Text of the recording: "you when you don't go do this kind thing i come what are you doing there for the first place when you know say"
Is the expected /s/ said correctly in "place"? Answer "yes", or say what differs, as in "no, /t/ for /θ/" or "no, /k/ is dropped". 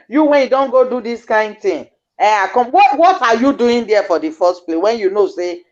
no, /s/ is dropped